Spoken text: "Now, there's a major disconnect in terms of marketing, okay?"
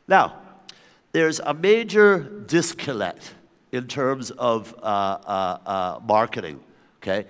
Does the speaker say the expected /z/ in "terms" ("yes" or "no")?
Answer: yes